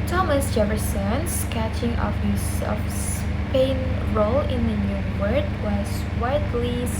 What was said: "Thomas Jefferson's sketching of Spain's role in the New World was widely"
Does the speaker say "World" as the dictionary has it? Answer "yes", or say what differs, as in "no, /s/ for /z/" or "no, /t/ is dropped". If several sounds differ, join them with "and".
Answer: no, /l/ is dropped